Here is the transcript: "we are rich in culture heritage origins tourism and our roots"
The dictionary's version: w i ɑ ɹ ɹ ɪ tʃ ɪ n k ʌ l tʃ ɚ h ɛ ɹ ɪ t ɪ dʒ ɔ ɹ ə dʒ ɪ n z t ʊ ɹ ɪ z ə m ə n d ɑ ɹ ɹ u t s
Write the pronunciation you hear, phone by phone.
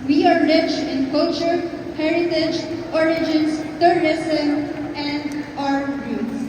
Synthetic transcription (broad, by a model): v i ɑ ɹ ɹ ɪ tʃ ɪ n k ʌ l tʃ ɚ h ɛ ɹ ɪ t ɪ dʒ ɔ ɹ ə dʒ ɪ n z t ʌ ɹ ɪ s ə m ə n d ɑ ɹ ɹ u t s